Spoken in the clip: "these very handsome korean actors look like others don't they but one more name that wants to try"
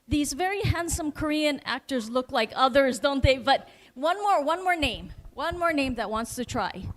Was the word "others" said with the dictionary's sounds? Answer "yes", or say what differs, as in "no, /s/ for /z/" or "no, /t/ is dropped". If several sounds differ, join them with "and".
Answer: yes